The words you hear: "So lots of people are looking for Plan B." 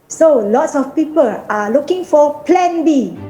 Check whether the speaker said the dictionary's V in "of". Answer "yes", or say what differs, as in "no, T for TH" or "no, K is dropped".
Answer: no, F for V